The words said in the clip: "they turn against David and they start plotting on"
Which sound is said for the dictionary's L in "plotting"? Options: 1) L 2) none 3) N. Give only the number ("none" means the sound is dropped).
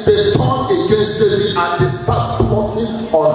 2